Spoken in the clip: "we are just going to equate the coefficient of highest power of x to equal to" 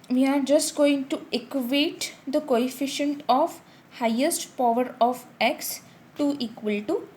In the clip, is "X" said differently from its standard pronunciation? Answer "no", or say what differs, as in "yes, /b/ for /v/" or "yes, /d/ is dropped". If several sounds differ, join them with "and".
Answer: no